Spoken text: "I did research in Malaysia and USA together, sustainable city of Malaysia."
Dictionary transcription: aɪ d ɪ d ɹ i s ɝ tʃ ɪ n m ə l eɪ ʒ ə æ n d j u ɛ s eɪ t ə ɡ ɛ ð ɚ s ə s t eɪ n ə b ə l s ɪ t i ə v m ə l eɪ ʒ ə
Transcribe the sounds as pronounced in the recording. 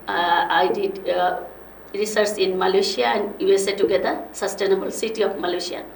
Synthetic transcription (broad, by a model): aɪ d ɪ d ɹ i s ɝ s ɪ n m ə l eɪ ʃ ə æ n d j u ɛ s eɪ t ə ɡ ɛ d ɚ s ə s t eɪ n ə b ə l s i t i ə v m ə l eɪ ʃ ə